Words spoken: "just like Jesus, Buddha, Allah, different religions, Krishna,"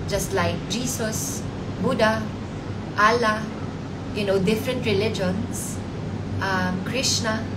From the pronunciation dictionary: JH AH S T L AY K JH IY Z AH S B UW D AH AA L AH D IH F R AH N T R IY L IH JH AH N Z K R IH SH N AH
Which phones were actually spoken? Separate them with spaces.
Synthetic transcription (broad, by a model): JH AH S T L AY K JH IY S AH S B UW D AH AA L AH D IH F R AH N T R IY L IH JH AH N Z K R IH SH N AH